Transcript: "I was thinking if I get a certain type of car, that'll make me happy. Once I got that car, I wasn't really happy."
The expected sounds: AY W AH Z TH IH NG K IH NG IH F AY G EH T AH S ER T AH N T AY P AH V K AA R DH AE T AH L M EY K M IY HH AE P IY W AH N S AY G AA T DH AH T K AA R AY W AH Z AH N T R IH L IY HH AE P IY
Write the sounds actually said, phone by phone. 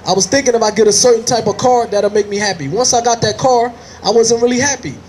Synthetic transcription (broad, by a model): AY W AH Z TH IH NG K IH NG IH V AY G EH T AH S ER T N T AY P AH V K AA R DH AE T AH M EY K M IY HH AE P IY W AH N S AY G AA T DH AH T K AA R AY W AH Z AH N T R IH L IY HH AE P IY